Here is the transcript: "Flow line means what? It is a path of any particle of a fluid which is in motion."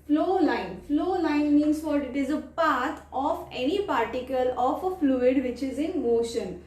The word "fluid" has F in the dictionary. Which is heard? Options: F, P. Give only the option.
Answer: F